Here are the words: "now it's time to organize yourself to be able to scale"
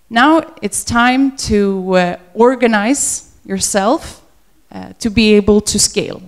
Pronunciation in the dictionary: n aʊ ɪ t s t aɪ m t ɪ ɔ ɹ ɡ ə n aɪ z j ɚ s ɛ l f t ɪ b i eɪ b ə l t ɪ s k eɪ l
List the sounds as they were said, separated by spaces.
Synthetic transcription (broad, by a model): n aʊ ɪ t s t aɪ m t ɪ ɔ ɹ ɡ ə n aɪ z j ɚ s ɛ l f t ɪ b i eɪ b ə l t ɪ s k eɪ l